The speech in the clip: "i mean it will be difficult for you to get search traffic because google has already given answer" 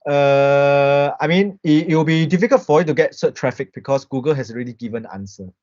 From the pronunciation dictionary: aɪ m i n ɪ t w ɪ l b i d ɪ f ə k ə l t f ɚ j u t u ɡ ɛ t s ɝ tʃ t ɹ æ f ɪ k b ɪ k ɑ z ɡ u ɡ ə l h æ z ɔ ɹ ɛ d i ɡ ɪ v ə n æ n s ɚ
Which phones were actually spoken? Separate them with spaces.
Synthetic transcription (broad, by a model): aɪ m i n ɪ t w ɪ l b i d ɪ f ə k ə l t f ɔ j u t u ɡ ɛ t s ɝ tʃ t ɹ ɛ f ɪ k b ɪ k ɑ s ɡ u ɡ ə l h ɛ s ɔ ɹ ɛ d i ɡ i v ə n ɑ n s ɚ